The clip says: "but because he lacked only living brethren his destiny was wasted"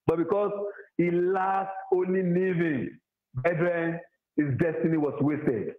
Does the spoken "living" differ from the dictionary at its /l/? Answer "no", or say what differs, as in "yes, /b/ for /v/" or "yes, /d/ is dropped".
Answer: yes, /n/ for /l/